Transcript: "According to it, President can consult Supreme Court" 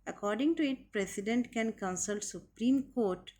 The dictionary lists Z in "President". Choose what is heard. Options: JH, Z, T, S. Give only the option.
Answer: S